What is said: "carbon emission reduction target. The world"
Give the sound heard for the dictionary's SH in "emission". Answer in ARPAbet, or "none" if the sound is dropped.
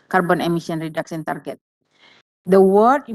S